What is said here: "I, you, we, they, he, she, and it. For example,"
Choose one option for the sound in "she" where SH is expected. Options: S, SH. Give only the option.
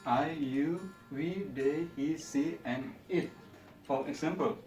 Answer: S